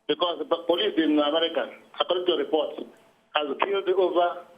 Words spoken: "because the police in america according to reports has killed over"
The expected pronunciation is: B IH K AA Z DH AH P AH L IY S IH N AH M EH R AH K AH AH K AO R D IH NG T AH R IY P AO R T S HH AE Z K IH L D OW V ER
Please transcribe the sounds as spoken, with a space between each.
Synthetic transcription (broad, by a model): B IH K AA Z P AH L IY S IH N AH M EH R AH K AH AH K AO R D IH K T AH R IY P AO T HH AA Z K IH L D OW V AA